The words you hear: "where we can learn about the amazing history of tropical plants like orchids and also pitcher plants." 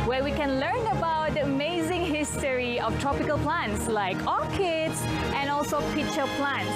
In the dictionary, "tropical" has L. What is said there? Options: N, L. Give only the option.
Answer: L